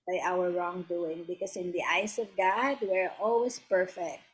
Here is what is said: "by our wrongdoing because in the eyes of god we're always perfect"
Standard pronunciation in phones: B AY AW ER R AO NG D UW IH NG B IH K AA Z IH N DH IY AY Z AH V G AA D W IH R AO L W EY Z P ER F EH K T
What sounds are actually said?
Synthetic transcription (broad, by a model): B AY AW ER R AO NG D UW IH NG B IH K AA S IH N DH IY AY S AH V G AA D W IH R AO L W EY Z P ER F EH K T